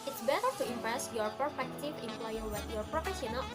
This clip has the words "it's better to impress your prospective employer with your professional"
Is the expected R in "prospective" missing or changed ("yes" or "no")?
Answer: yes